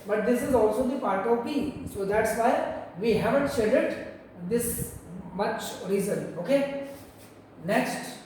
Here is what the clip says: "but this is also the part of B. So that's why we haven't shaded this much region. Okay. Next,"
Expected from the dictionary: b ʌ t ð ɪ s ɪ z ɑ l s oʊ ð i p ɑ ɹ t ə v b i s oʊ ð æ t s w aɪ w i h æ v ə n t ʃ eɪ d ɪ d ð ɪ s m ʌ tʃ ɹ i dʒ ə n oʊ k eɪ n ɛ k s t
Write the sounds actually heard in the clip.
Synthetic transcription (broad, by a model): b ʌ t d ɪ s ɪ z ɑ l s oʊ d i p ɑ ɹ t ə v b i s oʊ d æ t s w aɪ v i h æ v ə n t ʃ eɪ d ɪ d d ɪ s m ʌ tʃ ɹ i z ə n oʊ k eɪ n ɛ k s t